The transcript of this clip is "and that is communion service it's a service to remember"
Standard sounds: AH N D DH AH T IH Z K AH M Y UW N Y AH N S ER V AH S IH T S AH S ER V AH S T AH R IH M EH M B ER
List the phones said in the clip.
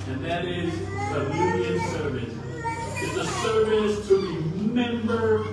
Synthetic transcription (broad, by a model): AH N DH AH T IH Z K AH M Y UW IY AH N S ER V AH S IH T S AH S ER V AH S T AH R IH M EH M B ER